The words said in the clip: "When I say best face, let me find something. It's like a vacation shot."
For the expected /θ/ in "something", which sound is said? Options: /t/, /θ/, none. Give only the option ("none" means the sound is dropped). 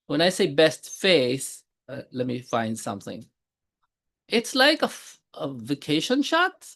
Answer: /θ/